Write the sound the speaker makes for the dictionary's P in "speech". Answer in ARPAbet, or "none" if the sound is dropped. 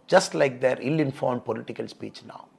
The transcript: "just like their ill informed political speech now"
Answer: P